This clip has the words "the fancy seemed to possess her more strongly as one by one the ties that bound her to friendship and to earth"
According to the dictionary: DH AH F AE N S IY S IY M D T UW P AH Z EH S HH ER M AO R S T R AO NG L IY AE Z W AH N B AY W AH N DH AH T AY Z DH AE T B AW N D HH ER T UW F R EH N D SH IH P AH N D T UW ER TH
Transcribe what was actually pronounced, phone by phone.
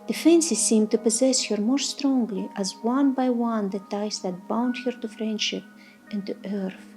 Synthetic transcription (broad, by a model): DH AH F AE N S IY S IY M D T UW P AH Z EH S HH ER M AO R S T R AO NG L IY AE Z W AH N B AY W AH N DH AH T AY S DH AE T B AW N D HH ER T UW F R EH N D SH IH P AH N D T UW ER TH